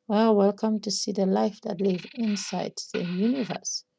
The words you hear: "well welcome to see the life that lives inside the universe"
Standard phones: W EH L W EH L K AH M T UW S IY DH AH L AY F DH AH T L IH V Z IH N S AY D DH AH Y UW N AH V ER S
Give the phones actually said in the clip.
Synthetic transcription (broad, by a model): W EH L W EH L K AH M T UW S IY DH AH L AY F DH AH T L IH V IH N S AY D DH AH Y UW N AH V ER S